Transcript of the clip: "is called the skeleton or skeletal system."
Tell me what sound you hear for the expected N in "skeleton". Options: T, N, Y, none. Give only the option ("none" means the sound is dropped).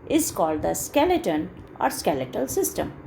N